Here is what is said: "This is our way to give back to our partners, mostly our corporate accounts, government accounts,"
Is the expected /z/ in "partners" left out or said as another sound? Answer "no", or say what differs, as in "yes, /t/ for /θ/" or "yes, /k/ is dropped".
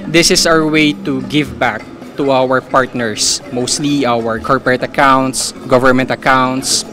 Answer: yes, /s/ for /z/